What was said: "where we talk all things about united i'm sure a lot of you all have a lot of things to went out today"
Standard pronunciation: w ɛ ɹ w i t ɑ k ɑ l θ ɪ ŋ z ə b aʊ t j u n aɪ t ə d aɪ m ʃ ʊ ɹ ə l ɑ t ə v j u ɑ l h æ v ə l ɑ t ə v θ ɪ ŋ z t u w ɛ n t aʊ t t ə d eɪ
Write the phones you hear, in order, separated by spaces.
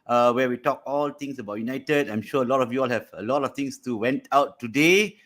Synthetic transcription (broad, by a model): w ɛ w i t ɑ k ɑ l t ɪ ŋ s ə b aʊ t j u n aɪ t ə d aɪ m ʃ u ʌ ə l ɑ t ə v j u ɑ l h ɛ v ə l ɑ t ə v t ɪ ŋ s t u w ɛ n t aʊ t t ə d eɪ